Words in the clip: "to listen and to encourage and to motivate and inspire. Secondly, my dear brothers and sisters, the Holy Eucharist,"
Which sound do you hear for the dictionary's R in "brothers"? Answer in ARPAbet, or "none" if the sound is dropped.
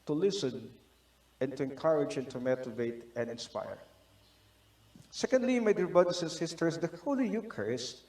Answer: none